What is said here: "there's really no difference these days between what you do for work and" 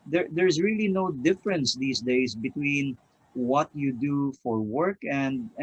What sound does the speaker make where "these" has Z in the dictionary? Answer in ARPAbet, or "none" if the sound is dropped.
S